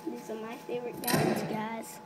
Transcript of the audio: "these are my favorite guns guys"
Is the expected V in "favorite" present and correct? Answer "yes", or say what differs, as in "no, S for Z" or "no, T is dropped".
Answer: yes